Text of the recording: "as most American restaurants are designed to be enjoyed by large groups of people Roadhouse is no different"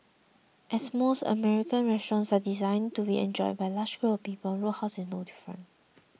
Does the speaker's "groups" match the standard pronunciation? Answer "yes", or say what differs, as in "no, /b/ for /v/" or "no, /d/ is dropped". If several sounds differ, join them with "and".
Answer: no, /s/ is dropped